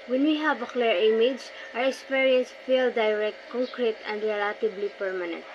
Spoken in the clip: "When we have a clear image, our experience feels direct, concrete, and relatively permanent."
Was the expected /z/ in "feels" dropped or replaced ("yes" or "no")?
yes